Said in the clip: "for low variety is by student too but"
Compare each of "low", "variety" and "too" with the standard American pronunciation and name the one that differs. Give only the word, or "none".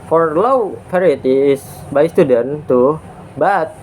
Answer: variety